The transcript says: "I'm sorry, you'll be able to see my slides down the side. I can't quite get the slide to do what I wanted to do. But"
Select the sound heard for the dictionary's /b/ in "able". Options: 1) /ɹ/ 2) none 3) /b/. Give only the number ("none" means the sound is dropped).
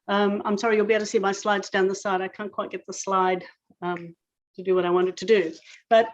2